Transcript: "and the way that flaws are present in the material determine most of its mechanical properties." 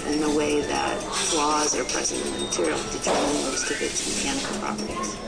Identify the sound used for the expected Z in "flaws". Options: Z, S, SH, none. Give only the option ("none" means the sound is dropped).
Z